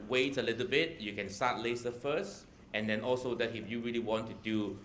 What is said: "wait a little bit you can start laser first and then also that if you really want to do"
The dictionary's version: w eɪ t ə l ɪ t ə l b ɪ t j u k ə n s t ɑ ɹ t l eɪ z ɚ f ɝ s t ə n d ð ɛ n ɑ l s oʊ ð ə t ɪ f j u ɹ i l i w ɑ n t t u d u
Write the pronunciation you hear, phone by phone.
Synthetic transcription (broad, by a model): w eɪ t ə l ɪ t ə l b ɪ t j u k ə n s t ɑ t l eɪ s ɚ f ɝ s t ə n d ɛ n ɑ l s oʊ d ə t ɪ f j u ɹ i l i w ɑ n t t u d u